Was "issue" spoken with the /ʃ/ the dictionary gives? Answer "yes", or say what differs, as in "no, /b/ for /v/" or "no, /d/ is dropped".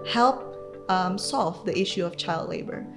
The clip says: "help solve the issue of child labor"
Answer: yes